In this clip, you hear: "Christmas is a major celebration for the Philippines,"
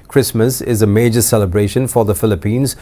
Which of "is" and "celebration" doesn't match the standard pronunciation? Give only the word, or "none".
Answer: none